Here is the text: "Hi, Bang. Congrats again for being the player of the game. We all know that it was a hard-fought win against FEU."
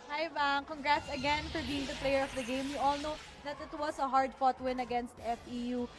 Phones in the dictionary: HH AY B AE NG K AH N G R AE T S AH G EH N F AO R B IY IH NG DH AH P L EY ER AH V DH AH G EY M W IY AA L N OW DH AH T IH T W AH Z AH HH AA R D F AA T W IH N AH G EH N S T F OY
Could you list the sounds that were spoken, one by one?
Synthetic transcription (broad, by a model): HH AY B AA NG K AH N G R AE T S AH G EH N F AO R B IY IH NG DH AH P L EY ER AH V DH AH G EY M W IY AA L N OW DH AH T IH T W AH S AH HH AA R D F AA T W IH N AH G EH N S T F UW